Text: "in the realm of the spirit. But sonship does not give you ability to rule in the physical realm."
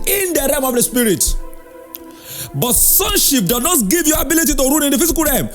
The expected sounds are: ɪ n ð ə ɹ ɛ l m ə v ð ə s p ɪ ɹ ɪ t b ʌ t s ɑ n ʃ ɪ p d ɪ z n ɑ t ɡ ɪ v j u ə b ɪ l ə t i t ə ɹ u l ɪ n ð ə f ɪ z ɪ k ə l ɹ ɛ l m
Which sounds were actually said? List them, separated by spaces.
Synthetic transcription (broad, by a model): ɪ n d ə ɹ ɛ m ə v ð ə s p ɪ ɹ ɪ t b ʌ t s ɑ n ʃ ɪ p d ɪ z n ɑ t ɡ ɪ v j u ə b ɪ l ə t i t ə ɹ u n ɪ n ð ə f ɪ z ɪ k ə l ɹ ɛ m